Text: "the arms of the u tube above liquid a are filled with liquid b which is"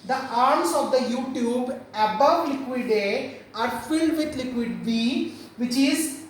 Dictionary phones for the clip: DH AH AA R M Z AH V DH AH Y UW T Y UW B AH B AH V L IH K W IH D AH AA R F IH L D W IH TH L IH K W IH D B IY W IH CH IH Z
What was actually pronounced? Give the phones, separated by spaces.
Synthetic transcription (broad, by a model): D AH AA R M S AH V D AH Y UW T Y UW B AH B AH V L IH K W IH D AH AA R F IH L D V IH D L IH K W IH D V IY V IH CH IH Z